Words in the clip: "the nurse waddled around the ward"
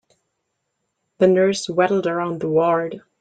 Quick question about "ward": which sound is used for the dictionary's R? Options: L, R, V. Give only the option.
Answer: R